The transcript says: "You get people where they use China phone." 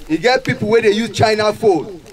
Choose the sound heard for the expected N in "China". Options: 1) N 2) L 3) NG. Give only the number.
1